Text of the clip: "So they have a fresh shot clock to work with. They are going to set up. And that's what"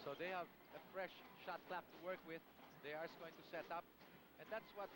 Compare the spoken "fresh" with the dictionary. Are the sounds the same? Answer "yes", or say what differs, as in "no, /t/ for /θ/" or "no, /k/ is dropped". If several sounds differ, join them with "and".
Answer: yes